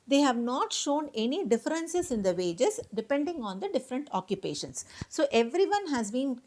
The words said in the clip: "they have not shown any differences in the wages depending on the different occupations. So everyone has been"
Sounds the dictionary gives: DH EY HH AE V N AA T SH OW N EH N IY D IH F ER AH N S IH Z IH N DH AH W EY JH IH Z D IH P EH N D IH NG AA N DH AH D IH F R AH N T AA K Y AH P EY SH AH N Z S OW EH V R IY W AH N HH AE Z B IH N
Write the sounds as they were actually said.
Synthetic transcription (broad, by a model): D EY HH AE V N AA T SH OW N EH N IY D IH F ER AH N S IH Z IH N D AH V EY JH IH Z D IH P EH N D IH NG AA N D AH D IH F R AH N T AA K Y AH P EY SH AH N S OW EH V R IY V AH N HH AE Z B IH N